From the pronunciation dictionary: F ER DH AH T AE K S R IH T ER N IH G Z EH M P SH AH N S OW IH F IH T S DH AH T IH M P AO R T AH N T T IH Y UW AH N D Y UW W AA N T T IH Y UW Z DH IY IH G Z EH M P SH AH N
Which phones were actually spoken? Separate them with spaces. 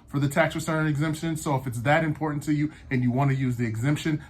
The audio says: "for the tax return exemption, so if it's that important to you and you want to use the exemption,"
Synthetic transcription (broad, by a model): F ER DH AH T AE K S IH S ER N IH G Z EH M P SH AH N S OW IH F IH T S DH AH T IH M P AO R T N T T IH Y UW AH N Y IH W AA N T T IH Y UW Z DH IY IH G Z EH M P SH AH N